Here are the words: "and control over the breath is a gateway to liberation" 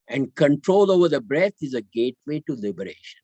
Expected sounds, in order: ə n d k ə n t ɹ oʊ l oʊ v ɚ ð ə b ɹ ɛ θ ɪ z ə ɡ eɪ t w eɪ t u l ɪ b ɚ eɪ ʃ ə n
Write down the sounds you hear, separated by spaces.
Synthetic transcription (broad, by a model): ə n d k ə n t ɹ oʊ l oʊ v ɚ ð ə b ɹ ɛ t ɪ z ə ɡ eɪ t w eɪ t u l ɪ b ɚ eɪ ʃ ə n